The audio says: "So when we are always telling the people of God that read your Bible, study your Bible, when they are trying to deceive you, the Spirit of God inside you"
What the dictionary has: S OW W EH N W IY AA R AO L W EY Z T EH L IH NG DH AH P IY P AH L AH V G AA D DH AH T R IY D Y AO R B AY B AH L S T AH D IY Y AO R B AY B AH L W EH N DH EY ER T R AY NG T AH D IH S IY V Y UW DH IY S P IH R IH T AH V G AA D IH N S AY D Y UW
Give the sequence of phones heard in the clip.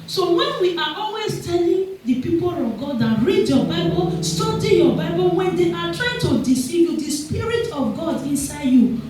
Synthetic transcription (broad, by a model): S OW W EH N W IY AA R AO L W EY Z T EH L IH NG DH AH P IY P AH L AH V G AA D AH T R IY D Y AO B AY B AH L S T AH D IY Y AO B AY B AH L W EH N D EY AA T R AY NG T AH D IH S IY V Y UW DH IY S P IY R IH T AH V G AA D IH N S AY D Y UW